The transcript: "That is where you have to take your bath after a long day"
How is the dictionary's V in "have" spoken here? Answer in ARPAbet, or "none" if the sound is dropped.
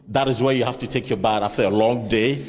F